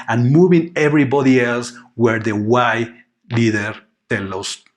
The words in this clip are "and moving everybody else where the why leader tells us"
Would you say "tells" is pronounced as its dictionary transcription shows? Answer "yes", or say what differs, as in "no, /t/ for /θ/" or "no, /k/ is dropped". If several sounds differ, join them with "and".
no, /z/ is dropped